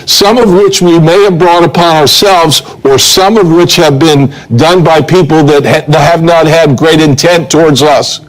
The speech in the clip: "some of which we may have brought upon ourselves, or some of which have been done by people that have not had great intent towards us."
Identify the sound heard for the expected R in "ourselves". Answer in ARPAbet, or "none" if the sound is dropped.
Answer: R